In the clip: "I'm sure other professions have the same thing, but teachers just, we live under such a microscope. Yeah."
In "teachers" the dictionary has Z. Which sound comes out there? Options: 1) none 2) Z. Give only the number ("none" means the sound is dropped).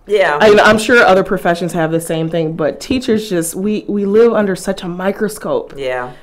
2